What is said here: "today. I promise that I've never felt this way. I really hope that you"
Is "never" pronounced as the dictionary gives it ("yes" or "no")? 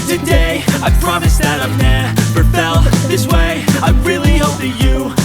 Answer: no